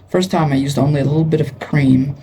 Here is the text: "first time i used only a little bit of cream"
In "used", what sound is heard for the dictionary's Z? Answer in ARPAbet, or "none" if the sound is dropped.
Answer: Z